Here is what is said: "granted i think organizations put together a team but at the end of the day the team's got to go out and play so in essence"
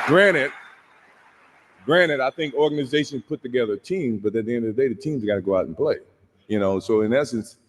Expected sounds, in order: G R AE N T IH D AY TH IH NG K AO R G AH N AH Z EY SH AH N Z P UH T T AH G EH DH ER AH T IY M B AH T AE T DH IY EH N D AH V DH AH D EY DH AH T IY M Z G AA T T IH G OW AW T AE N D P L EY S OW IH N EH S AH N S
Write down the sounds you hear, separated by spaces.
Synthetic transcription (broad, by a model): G R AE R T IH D AY TH IH NG K AO R G AH N AH Z EY SH AH N Z P UH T T AH G EH DH ER T IY M B AH T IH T DH IY EH N D AH V DH AH D EY DH AH T IY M Z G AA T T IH G OW AW T N P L EY S OW IH N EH S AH N S